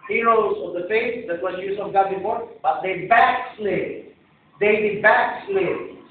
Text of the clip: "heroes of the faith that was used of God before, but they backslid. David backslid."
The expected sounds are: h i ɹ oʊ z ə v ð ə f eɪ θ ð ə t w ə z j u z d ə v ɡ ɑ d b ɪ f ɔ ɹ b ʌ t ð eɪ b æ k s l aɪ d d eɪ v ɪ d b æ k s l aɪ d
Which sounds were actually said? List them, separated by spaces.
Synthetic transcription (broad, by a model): h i ɹ oʊ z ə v ð ə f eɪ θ ð ə t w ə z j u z ə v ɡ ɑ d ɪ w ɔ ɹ b ʌ t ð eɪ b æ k s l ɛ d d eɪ b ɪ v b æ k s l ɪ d